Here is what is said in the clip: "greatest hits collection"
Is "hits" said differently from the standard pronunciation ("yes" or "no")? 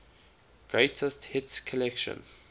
no